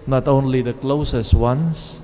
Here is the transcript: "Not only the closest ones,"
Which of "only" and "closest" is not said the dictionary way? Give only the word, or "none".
none